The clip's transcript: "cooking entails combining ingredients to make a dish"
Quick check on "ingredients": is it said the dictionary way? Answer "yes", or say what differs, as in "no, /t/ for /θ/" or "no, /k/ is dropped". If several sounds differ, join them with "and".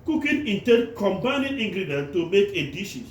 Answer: no, /s/ is dropped